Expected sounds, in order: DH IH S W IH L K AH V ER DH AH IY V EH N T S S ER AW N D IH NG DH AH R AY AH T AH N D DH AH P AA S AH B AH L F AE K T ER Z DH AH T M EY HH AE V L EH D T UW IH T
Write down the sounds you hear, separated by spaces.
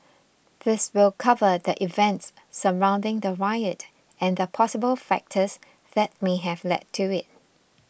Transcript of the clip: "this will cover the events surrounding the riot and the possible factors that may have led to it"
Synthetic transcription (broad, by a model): DH IH S W IH L K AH V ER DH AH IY V EH N T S S ER AW N D IH NG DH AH R AY AH T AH N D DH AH P AA S AH B AH L F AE K T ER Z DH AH T M EY HH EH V L EH D T UW IH T